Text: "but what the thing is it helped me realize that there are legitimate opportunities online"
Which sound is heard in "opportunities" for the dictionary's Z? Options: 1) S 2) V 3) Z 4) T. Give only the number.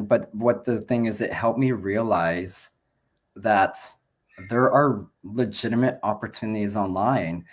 3